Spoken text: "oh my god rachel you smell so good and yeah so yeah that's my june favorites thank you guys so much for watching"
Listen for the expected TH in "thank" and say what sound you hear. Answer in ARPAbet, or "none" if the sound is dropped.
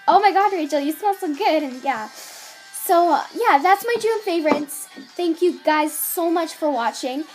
TH